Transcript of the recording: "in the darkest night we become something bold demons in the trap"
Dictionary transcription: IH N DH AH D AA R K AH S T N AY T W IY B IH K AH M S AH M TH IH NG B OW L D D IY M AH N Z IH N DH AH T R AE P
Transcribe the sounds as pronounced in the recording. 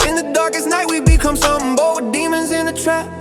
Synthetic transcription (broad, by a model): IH N DH AH D AA R K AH S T N AY T W IY B IH K AH M S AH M B OW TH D D IY M AH N Z IH N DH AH T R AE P